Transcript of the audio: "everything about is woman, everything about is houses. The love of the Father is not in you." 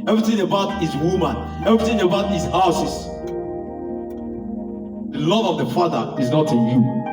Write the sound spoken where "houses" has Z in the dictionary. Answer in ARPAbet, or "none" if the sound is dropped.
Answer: S